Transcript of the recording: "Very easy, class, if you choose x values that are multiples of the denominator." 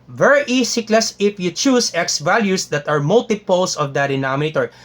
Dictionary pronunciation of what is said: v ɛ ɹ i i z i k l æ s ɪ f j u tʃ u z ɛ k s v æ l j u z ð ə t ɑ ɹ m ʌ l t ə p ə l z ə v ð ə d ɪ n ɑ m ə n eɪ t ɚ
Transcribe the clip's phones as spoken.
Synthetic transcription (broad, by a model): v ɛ ɹ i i s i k l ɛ s ɪ f j u tʃ u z ɛ k s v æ l j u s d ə t ɑ ɹ m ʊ l t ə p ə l s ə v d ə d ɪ n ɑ m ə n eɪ t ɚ